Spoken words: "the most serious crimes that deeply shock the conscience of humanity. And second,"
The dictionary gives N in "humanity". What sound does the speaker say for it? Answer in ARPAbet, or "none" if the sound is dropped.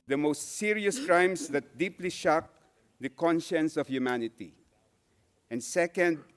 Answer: N